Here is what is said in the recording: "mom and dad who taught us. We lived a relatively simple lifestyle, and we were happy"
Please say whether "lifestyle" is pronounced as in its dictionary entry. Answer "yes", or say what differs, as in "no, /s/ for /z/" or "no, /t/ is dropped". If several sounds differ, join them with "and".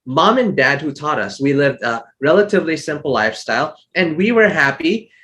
yes